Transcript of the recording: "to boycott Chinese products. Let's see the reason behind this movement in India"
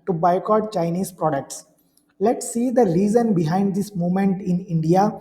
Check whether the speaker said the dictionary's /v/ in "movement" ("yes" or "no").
no